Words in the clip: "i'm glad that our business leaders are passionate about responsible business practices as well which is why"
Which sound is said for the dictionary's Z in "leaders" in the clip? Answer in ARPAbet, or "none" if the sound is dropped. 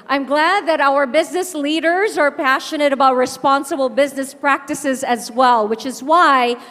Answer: Z